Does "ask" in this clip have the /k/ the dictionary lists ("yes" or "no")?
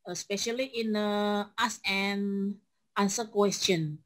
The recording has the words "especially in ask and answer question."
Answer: no